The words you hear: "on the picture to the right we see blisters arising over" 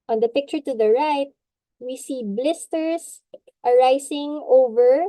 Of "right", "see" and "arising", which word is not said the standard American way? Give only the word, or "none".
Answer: arising